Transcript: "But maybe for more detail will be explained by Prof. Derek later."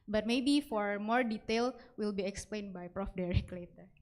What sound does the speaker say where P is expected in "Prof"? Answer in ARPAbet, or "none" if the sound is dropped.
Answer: P